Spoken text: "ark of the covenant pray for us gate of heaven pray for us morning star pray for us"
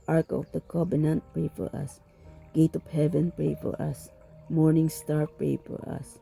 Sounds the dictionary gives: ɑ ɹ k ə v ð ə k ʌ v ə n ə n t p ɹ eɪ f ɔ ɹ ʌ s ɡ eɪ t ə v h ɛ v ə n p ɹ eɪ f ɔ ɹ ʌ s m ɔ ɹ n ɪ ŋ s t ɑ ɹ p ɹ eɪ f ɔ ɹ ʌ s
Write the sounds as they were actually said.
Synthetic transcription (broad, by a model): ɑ ɹ k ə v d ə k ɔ b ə n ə n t p ɹ eɪ f ɔ ɹ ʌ s ɡ eɪ t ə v h ɛ v ə n p ɹ eɪ f ɔ ɹ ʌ s m ɔ ɹ n ɪ ŋ s t ɑ ɹ p ɹ eɪ f ɔ ɹ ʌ s